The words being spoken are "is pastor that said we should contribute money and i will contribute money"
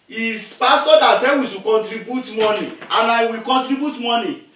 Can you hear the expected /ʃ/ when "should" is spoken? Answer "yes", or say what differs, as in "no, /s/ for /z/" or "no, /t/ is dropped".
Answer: no, /s/ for /ʃ/